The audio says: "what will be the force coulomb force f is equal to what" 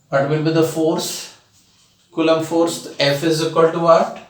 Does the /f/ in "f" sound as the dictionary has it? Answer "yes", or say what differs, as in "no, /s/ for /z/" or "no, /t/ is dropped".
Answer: yes